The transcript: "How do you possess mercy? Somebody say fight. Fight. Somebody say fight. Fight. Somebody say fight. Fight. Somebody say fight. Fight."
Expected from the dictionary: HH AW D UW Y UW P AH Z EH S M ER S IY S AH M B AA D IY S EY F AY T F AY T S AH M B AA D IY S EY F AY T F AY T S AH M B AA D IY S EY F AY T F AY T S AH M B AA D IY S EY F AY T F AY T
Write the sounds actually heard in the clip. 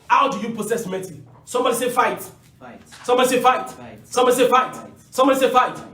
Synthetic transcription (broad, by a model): HH AW D UW Y UW P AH S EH S M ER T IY S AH M B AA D IY S EY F F AY T S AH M B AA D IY S EY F F AY T S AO M B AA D IY S EY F F AY T S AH M B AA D IY S EY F F AY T